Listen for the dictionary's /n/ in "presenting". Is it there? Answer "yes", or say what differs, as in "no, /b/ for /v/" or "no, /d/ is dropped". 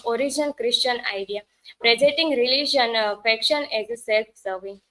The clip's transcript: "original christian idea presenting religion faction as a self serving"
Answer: no, /n/ is dropped